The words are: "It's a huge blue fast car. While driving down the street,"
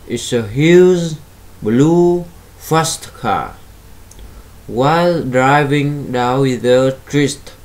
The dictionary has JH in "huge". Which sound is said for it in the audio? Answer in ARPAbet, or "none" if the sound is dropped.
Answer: Z